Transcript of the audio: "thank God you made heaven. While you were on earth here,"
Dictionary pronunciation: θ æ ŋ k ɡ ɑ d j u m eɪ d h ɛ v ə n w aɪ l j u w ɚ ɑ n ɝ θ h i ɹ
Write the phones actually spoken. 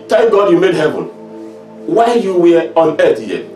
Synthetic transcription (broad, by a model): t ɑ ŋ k ɡ ɑ d j u m eɪ d h ɛ v ə n w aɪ n j u w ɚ ɑ n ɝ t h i